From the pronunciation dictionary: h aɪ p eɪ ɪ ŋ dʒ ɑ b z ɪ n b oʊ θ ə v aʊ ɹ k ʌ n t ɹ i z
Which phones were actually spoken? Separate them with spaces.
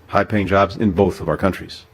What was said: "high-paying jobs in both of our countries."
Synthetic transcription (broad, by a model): h aɪ p eɪ ɪ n dʒ ɑ b z ɪ n b oʊ θ ə v aʊ ɹ k ʌ n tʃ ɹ i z